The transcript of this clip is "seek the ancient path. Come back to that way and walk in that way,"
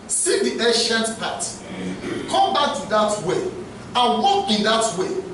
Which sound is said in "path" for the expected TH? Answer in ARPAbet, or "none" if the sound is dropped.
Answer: T